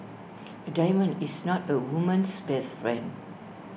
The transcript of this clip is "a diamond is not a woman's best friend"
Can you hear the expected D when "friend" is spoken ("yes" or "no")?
yes